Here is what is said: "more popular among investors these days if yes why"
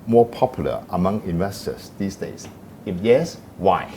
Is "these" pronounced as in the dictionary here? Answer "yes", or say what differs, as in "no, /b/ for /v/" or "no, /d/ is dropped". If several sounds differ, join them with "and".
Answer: no, /s/ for /z/